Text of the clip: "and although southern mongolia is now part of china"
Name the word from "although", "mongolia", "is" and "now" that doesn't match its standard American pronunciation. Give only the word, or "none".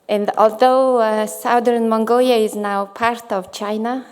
none